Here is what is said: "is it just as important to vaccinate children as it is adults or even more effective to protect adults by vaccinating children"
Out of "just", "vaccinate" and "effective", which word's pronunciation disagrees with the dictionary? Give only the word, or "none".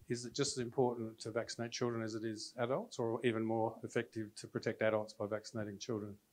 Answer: none